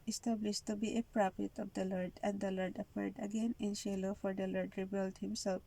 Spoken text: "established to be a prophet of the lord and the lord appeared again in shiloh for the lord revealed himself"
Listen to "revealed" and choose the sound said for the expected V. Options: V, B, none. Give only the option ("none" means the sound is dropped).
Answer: B